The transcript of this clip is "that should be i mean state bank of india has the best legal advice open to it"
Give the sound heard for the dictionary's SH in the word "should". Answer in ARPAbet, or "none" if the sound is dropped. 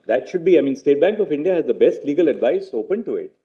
SH